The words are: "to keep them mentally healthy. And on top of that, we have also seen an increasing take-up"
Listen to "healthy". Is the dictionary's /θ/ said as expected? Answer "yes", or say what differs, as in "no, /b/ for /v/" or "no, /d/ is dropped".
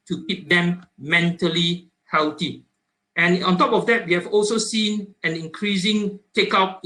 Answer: no, /t/ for /θ/